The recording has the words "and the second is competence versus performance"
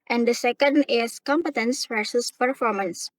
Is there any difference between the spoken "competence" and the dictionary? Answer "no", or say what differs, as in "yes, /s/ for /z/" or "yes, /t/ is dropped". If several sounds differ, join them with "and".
no